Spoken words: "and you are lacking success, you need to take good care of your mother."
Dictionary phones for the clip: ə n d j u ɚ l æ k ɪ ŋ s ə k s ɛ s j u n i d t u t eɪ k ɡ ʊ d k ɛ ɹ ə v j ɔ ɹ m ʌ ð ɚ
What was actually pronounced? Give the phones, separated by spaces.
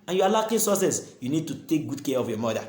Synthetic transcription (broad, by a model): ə n j u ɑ l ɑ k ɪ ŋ s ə s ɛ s j u n i d t u t eɪ k ɡ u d k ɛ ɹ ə f j ɔ m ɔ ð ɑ